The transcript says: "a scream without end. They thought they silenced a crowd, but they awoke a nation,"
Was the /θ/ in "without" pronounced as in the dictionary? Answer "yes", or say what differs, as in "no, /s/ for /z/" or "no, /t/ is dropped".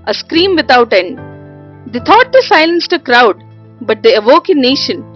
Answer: no, /t/ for /θ/